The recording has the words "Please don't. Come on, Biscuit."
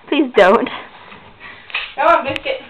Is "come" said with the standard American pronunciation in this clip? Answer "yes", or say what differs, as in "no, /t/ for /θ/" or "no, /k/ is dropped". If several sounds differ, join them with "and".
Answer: no, /m/ is dropped